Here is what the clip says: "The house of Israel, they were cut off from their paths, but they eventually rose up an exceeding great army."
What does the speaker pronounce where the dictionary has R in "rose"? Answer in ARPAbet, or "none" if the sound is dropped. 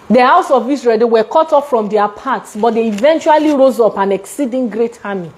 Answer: R